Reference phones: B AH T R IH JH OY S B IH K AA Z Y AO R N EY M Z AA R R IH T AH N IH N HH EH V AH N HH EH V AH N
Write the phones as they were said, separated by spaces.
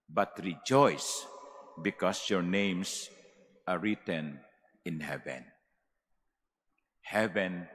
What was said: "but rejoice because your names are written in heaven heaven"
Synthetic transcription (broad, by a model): B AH T R IH JH OY S B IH K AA S Y AO R N EY M S AA R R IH T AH N IH N HH EH V AH N HH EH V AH N